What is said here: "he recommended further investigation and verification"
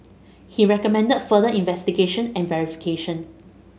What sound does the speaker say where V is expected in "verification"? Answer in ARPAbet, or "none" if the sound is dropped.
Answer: V